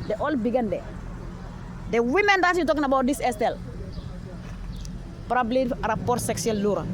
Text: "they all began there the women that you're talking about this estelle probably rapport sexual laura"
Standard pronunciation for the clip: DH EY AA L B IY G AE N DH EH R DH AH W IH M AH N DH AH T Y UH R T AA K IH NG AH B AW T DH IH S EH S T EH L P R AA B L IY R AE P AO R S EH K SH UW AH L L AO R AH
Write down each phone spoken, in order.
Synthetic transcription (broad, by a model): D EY AA L B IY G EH N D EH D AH W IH M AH N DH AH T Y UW T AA K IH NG AH B AW T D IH S EH S T EH L P R AA B L IY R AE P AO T S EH K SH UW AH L L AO R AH